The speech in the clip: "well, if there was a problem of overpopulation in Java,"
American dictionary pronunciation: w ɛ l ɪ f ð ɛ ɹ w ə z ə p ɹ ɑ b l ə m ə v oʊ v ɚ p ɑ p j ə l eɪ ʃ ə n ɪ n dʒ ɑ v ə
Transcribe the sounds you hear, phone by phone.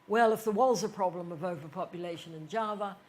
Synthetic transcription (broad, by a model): w ɛ l ɪ f ð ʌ ɹ w ə z ə p ɹ ɑ b l ə m ə v oʊ v ɚ p ɑ p j ə l eɪ ʃ ə n ɪ n dʒ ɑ v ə